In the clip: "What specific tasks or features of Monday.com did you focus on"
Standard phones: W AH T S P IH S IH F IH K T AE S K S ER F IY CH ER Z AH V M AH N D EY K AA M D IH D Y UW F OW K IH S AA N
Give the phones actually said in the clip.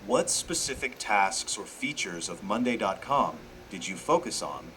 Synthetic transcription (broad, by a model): W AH T S P IH S IH F IH K T AE S K S ER F IY CH ER Z AH V M AH N D EY K AA M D IH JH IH F OW K IH S N